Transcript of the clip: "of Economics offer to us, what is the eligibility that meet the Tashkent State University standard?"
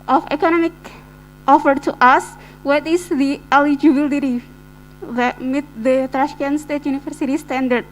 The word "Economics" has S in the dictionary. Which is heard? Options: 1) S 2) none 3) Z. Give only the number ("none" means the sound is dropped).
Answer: 2